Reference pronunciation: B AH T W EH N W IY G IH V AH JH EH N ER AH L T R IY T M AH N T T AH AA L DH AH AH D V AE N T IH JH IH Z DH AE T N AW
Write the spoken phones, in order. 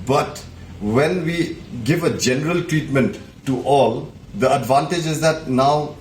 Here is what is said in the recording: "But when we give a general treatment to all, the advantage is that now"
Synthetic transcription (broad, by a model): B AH T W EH N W IY G IH V AH JH EH N ER AH L T R IY T M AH N T T AA L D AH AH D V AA N T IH JH IH Z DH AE T N AW